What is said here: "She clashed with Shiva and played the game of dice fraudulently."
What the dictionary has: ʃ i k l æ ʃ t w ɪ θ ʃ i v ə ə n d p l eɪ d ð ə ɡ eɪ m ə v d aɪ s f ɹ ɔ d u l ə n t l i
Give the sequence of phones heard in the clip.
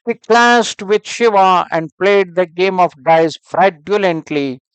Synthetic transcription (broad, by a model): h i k l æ s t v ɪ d ʃ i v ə ə n d p l eɪ d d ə ɡ eɪ m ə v d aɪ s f ɹ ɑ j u l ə n t l i